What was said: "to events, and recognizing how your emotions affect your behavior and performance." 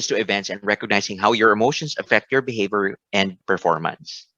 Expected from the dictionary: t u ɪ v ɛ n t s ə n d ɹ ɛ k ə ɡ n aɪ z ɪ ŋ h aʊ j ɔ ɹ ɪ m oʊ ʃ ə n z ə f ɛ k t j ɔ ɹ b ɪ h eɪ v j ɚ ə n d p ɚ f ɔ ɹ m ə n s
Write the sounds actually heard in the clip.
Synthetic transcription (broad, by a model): t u ɪ v ɛ n t s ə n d ɹ ɛ k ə ɡ n aɪ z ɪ ŋ h aʊ j ɔ ɹ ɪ m oʊ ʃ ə n s ə f ɛ k t j ɔ ɹ b ɪ h eɪ v j ɚ ə n d p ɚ f ɔ ɹ m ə n s